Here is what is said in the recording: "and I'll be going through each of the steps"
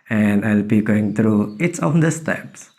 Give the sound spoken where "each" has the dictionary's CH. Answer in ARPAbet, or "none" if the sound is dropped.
S